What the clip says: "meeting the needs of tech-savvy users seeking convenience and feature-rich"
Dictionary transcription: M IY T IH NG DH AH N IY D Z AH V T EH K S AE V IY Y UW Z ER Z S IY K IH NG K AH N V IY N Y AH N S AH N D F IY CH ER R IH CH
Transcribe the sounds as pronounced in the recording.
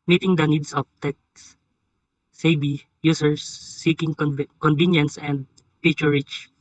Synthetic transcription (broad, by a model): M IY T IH NG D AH N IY D S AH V T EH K S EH B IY Y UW S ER S IY K IH NG K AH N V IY N Y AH N S AH N D P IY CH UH R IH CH